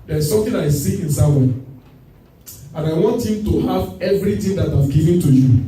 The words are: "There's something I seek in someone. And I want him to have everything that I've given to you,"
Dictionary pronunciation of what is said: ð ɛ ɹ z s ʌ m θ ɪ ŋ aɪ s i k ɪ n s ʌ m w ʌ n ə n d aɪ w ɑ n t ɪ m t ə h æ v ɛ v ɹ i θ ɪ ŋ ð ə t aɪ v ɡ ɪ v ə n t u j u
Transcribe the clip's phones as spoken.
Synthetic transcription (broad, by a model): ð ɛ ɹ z s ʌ m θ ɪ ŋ aɪ s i ɪ n s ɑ w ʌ ə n aɪ w ɑ n t ɪ m t ə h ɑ v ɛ v ɹ i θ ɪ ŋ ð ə t aɪ v ɡ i v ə n t u j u